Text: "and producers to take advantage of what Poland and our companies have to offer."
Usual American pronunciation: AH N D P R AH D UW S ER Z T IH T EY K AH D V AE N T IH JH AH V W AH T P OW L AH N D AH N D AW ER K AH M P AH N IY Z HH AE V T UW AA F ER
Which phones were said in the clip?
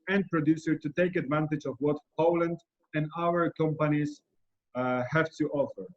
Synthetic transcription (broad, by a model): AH N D P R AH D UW S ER T IH T EY K AH D V AE N T IH JH AH V W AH T P OW L AH N D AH N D AW ER K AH M P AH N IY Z HH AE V T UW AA F ER